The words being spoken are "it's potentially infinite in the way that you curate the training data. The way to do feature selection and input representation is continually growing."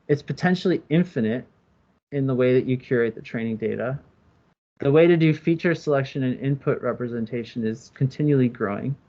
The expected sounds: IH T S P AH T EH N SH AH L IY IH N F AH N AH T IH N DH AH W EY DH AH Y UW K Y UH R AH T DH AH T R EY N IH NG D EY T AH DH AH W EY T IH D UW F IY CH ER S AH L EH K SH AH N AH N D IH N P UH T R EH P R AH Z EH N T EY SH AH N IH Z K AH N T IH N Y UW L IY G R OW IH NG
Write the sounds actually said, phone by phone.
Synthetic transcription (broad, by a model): IH T S P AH T EH N SH L IY IH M F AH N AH T IH N DH AH W EY DH AH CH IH K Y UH R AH T DH AH T R EY N IH NG D EY T AH DH AH W EY T IH D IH F IY CH ER S AH L EH K SH AH N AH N IH N P UH T R EH P R AH Z EH N T EY SH AH N IH Z K N T IH N Y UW L IY G R OW IH NG